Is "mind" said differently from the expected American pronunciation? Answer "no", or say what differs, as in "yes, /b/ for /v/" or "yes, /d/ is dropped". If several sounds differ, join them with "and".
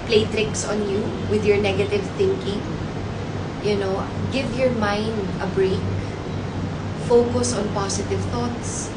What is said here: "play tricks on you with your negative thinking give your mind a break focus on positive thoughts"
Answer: no